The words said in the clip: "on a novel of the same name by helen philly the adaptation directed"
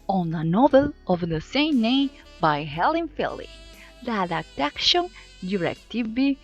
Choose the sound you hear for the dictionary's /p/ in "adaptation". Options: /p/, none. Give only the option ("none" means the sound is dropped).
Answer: none